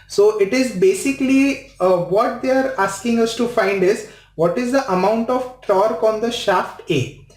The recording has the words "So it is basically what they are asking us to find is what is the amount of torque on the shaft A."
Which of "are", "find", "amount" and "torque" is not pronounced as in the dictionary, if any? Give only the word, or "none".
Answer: none